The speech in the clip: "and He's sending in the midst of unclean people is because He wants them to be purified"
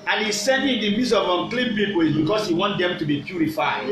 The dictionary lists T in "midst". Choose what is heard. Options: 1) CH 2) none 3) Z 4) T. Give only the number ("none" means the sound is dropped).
2